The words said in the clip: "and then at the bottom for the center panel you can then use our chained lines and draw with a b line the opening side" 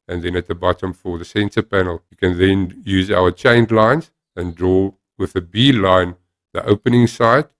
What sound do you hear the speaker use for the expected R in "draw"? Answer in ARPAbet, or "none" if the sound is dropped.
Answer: R